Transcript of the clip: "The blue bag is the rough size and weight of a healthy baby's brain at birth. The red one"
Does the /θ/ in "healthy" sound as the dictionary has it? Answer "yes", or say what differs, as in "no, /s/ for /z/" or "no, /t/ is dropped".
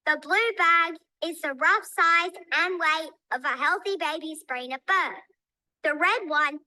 yes